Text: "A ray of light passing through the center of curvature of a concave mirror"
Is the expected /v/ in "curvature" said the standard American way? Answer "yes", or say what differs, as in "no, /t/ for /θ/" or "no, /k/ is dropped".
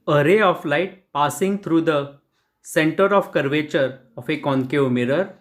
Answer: yes